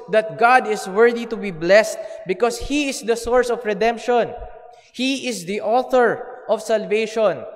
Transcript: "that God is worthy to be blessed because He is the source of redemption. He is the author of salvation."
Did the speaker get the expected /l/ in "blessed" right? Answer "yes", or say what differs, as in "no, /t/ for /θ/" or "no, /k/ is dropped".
yes